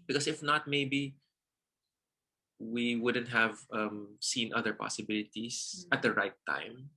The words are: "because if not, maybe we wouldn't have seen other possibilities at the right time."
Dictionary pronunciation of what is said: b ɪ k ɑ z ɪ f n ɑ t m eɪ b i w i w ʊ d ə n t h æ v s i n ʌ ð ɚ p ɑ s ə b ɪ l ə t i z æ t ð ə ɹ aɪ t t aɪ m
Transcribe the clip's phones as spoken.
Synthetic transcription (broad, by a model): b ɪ k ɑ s ɪ f n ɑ t m eɪ b i w i w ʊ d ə n t h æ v s i n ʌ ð ɚ p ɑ s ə b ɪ l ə t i s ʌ t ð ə ɹ aɪ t t aɪ m